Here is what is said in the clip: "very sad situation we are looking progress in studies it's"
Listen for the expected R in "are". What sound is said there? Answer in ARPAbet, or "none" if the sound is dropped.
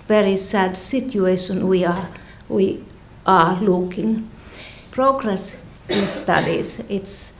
W